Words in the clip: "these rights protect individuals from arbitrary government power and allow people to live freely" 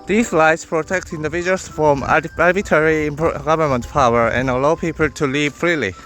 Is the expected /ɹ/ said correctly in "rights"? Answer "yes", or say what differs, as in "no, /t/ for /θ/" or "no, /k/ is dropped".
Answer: no, /l/ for /ɹ/